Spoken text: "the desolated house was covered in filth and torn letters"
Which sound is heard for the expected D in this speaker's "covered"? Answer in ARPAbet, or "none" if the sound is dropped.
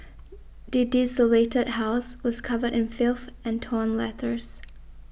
D